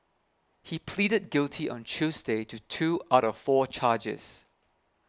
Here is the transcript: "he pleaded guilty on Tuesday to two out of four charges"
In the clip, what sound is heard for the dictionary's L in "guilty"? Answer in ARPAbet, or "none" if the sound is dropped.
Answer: L